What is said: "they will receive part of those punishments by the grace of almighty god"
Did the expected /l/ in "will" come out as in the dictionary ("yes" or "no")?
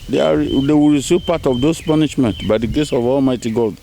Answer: no